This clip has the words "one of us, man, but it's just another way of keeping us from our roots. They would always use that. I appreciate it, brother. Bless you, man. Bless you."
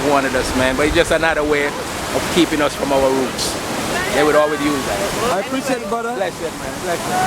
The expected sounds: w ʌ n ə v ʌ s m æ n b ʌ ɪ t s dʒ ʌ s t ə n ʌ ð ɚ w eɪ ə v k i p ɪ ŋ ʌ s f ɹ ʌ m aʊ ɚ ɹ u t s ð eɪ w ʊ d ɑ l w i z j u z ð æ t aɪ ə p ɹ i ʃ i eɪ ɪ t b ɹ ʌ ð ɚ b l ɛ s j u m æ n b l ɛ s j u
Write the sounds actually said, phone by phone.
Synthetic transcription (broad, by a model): w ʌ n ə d ʌ s m æ n b ʌ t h dʒ ʌ s t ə n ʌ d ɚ w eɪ ə v k i p ɪ ŋ ʌ s f ɹ ʌ m aʊ ɚ ɹ u t s ð eɪ w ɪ d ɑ l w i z j u z ð æ t aɪ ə p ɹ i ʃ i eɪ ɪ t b ʌ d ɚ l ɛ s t m æ n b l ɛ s